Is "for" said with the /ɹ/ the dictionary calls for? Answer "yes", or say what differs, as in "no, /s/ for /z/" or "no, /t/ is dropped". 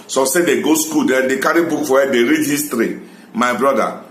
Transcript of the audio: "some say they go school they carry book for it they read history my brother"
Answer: no, /w/ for /ɹ/